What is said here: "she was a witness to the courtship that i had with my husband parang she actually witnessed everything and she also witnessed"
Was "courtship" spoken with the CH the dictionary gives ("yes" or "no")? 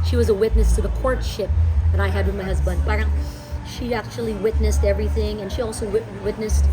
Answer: yes